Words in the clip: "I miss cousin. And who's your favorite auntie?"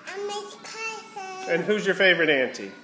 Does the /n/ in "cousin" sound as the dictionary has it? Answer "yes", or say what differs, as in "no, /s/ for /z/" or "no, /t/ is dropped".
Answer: no, /n/ is dropped